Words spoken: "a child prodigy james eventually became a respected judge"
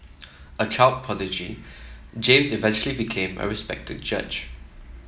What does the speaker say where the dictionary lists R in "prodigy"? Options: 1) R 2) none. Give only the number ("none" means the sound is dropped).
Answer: 2